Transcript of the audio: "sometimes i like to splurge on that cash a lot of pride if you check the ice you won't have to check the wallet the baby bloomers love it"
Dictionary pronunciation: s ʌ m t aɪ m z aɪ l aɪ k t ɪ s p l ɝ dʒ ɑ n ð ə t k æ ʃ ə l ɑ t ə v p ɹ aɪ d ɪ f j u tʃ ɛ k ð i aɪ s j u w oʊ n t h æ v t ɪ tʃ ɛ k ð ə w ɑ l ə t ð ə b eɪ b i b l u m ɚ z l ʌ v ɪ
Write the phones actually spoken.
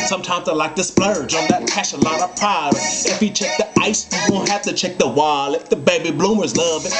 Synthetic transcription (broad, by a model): s ʌ m t aɪ m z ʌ l aɪ k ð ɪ s p l ɝ dʒ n ð ə t k æ ʃ ə l ɑ t ə v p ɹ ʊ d ɪ f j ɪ tʃ ɛ k ð i aɪ s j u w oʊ n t h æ f t ɪ tʃ ɛ k ð ə w ɑ l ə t ð ə b eɪ b i b l u m ɚ z l ʌ v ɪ